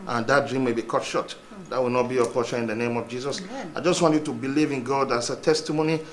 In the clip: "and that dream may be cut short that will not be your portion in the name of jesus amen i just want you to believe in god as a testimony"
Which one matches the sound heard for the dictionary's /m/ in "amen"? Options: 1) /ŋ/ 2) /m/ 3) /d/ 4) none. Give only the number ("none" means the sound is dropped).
4